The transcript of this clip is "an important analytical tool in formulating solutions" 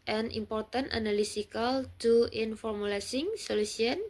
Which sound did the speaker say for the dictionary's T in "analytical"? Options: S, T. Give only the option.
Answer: S